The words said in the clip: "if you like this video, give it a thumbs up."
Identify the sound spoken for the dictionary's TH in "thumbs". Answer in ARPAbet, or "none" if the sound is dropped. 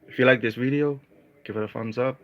F